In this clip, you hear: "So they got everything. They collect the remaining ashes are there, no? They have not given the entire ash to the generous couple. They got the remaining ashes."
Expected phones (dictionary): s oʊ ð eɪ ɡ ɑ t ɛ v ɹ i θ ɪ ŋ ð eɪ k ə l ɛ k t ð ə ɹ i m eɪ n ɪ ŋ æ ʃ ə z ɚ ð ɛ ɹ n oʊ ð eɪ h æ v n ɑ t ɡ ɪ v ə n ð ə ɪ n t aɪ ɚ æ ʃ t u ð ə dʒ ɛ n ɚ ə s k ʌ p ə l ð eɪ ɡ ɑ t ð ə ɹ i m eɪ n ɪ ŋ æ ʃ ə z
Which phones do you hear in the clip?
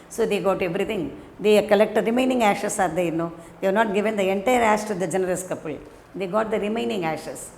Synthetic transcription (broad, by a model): s oʊ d eɪ ɡ ɑ t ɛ v ɹ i t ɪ ŋ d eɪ k ə l ɛ k t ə ɹ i m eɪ n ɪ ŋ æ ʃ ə s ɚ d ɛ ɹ n oʊ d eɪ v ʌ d n ɑ t ɡ ɪ v ə n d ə ɪ n t aɪ ɚ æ s t u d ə dʒ ɛ n ɚ ə s k ʌ p ə l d eɪ ɡ ɑ t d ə ɹ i m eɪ n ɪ ŋ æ ʃ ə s